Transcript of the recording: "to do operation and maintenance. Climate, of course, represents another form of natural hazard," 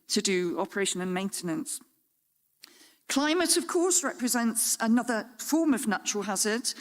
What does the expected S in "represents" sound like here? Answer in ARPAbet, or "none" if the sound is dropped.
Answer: S